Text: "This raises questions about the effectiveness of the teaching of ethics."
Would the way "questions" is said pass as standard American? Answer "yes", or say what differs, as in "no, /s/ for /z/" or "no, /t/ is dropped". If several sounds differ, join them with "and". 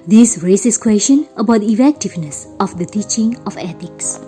no, /z/ is dropped